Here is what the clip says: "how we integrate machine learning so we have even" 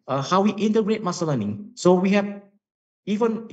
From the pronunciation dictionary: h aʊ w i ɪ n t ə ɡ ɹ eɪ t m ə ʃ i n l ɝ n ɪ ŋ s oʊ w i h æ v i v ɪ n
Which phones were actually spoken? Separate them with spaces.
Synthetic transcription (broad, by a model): h aʊ w i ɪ n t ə ɡ ɹ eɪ t m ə s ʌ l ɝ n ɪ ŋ s oʊ w i h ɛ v i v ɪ n